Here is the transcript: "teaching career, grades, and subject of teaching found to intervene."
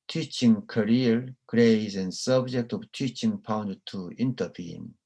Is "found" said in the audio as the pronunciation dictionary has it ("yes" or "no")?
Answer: no